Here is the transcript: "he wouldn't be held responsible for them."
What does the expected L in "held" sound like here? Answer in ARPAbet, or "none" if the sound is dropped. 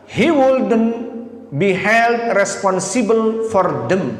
L